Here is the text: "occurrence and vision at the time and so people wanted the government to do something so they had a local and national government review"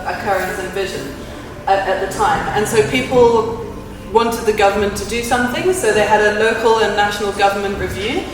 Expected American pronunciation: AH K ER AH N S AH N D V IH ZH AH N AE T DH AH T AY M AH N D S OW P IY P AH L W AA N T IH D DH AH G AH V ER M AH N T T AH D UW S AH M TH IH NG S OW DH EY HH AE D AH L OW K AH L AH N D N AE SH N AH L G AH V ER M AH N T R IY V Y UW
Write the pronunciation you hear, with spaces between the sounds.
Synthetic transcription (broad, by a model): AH K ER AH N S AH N V IH ZH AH N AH T DH AH T AY M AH N S OW P IY P AH L W AA N T IH D DH AH G AH V ER M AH N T T AH D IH S AH M TH IH NG S OW DH EY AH D AH L OW K AH L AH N N AE SH N AH L G AH V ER M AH N T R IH V Y UW